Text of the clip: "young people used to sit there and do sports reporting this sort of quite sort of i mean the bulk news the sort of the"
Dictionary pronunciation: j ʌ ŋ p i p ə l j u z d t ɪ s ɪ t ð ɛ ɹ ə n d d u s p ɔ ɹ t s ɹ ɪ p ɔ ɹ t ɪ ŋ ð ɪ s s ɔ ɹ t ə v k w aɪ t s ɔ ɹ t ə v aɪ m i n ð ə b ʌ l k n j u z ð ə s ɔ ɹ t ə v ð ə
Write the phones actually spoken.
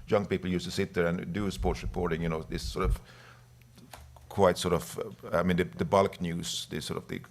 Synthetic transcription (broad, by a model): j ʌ ŋ p i p l j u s t ɪ s ɪ t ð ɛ ɹ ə n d d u s p ɔ ɹ t s ɹ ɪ p ɔ ɹ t ɪ ŋ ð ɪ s s ɔ ɹ t ə v k w aɪ t s ɔ ɹ t ə v aɪ m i n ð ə b ʌ l k n j u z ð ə s ɔ ɹ t ə v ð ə